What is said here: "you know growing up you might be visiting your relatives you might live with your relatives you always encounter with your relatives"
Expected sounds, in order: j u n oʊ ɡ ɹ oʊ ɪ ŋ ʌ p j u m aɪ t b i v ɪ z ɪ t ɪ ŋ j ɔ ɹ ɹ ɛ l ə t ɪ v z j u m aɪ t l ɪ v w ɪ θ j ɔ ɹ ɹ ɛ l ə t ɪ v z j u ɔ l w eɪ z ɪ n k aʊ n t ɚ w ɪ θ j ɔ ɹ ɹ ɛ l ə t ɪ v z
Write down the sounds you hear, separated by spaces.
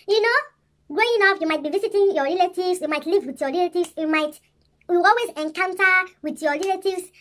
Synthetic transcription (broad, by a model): j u n oʊ ɡ ɹ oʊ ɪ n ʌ f j u m aɪ t b i v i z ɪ t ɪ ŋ j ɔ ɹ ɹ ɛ l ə t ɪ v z j u m aɪ t l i v w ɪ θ j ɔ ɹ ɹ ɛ l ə t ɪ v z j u ɔ l w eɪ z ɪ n k aʊ n t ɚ w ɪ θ j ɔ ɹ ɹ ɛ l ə t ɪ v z